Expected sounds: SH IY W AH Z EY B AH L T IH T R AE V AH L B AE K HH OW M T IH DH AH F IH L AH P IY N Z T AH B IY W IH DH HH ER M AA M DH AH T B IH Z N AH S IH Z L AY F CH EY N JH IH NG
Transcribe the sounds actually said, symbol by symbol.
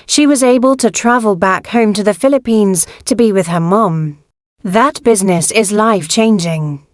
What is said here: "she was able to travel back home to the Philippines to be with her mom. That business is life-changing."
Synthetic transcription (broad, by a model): SH IY W AH Z EY B AH L T IH T R AE V AH L B AE K HH OW M T IH DH AH F IH L AH P IY N Z T AH B IY W IH DH ER M AA M DH AH T B IH Z N AH S IH Z L AY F CH EY N JH IH NG